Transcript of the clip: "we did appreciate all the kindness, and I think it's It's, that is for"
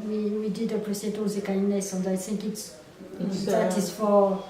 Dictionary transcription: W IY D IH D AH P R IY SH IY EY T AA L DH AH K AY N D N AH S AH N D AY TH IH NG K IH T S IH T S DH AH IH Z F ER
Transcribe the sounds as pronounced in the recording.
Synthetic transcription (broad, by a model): W IY D IH D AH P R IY S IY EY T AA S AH K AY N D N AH S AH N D AY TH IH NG K IH T S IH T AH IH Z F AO